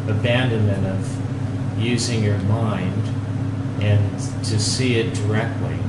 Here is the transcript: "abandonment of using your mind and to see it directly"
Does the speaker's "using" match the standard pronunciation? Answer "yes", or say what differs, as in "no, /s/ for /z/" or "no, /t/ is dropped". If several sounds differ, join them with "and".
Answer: yes